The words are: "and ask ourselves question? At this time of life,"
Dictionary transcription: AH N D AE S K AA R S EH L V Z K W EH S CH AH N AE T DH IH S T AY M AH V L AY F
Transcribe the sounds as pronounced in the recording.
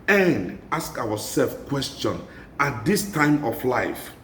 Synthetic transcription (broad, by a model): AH N D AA S K AA W S EH L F K W EH S CH AH N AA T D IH S T AY M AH F L AY F